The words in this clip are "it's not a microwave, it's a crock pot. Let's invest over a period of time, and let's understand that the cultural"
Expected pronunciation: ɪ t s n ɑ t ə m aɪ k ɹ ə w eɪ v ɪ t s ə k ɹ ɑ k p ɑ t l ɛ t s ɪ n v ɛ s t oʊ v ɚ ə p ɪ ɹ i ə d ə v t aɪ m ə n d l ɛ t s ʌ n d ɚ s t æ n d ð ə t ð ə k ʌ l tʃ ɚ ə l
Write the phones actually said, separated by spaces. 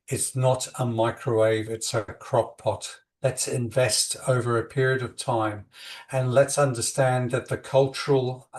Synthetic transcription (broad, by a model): ɪ t s n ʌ t ə m aɪ k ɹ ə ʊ eɪ v ɪ t s ə k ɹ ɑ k p ɑ t l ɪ t s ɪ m v ɛ s t oʊ v ɚ ə p ɪ ɹ i ə d ə v t aɪ m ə n l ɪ t s ʌ n d ɚ s t æ n ð ə t ð ə k ʌ l tʃ ɚ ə l